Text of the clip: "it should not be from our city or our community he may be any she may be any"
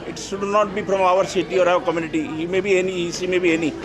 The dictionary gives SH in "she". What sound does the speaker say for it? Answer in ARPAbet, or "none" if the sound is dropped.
S